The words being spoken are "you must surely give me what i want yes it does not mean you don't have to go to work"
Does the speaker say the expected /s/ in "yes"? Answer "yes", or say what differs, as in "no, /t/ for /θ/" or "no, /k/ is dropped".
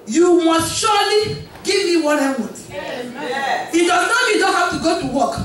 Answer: no, /s/ is dropped